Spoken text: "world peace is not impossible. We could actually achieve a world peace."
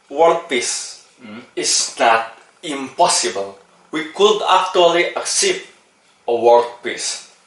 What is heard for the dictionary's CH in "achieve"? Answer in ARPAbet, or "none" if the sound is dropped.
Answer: S